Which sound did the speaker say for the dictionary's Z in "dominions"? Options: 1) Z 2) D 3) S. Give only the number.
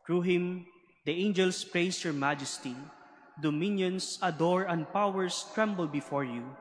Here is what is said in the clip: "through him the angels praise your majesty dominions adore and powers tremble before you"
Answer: 3